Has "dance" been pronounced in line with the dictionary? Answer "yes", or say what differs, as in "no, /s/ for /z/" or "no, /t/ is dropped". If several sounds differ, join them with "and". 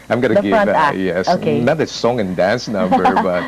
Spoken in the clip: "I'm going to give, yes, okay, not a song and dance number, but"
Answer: yes